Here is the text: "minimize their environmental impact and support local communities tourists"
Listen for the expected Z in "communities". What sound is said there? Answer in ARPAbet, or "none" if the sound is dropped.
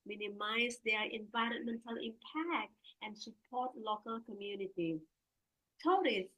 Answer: none